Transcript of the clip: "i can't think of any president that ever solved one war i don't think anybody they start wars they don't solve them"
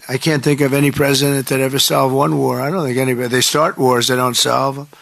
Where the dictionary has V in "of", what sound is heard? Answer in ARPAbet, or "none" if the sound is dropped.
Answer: V